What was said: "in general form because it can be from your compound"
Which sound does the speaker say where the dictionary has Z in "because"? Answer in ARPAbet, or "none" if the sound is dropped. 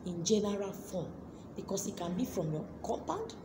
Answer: S